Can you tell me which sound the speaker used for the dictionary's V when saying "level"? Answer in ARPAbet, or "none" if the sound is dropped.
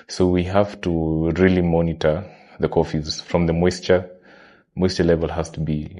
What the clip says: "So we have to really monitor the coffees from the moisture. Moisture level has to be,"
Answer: V